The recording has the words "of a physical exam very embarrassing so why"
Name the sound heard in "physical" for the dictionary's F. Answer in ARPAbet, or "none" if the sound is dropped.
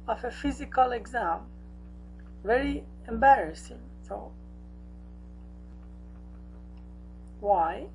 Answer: F